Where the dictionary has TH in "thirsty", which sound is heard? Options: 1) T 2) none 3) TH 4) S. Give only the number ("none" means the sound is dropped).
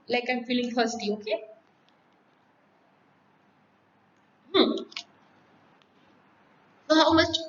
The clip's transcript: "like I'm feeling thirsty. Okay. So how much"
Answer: 1